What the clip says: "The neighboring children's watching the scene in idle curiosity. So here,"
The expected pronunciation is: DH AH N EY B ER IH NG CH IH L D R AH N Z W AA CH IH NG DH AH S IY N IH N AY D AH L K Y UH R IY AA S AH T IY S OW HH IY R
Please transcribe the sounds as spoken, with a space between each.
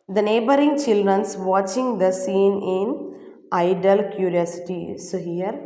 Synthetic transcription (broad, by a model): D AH N EY B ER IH NG CH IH L D R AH N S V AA CH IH NG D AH S IY N IH N AY D AH L K Y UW R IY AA S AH T IY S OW HH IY R